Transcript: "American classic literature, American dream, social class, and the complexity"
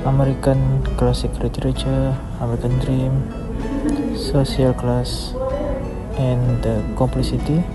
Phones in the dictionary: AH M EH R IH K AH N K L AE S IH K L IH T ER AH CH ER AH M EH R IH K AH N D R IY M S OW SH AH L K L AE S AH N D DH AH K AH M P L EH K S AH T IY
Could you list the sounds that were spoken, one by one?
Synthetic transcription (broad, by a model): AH M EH R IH K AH N K L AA S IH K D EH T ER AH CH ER AH M EH R IH K AH N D R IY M S OW S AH L K L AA S AH N D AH K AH M P L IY S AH T IY